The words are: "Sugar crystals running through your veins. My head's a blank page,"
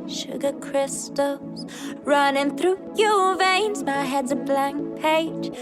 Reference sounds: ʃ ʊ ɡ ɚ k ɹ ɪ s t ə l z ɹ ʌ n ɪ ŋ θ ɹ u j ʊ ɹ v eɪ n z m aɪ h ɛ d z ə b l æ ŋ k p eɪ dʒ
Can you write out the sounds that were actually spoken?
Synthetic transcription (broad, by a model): ʃ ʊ ɡ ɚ k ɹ ɪ s t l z ɹ ʌ n ɪ ŋ θ ɹ u j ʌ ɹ v eɪ n z m aɪ h ɛ d z ə b l æ ŋ k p eɪ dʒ